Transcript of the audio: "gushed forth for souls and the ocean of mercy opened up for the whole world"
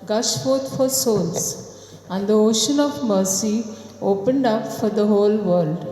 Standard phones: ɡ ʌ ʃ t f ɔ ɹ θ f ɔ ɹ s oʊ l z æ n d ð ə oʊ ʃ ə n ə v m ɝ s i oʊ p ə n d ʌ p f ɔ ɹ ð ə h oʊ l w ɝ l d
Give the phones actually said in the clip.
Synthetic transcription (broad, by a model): ɡ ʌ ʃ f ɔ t f ɔ ɹ s oʊ l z æ n d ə oʊ ʃ ə n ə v m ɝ s i oʊ p ə n d ʌ p f ɔ ɹ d ə h oʊ l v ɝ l d